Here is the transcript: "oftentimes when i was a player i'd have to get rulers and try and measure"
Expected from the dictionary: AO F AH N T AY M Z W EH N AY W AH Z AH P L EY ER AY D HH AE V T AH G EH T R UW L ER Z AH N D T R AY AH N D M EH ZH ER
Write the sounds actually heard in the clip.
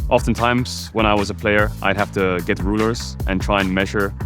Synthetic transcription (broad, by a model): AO F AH N T AY M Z W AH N AY W AH Z AH P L EY ER AY D HH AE F T AH G EH T R UW L ER Z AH N T R AY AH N M EH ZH ER